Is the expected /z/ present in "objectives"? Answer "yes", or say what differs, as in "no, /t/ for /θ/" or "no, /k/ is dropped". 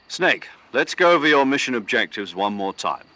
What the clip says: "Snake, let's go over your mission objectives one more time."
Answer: yes